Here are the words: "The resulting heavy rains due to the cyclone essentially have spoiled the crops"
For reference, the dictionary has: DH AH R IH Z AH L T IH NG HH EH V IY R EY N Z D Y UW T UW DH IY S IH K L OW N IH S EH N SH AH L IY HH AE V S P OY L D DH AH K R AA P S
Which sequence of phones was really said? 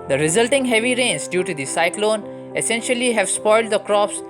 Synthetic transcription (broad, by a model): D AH R IH Z AH L T IH NG HH EH V IY R EY N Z D Y UW T UW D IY S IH K L OW N IH S EH N SH AH L IY HH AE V S P OY L D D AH K R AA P S